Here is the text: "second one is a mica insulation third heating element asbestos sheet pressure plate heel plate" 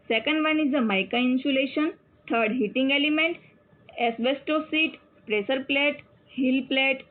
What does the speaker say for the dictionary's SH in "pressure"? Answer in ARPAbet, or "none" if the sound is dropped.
S